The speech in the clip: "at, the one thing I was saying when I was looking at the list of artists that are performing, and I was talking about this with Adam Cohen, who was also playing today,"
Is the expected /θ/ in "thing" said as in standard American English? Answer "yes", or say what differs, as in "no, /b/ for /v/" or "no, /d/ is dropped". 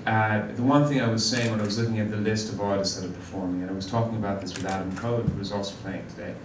yes